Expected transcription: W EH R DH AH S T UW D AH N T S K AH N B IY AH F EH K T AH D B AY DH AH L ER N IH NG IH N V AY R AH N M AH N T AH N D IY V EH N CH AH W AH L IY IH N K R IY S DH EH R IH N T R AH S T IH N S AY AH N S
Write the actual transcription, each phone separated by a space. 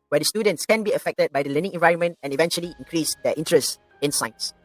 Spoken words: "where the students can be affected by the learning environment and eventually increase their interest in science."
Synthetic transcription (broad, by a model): W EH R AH S T UW D AH N T S K AH N B IY AH F EH K T AH D B AY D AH L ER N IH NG IH N V AY R AH N M AH N T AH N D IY V EH N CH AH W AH L IY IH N K R IY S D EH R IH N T R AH S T IH N S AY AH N S